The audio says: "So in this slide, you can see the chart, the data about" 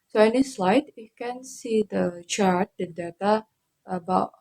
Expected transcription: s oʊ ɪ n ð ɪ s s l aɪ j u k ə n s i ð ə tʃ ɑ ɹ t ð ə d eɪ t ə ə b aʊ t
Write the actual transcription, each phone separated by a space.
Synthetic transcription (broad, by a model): s oʊ ɪ n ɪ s s l aɪ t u k ə n s i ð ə tʃ ɑ ɹ t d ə d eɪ t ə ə b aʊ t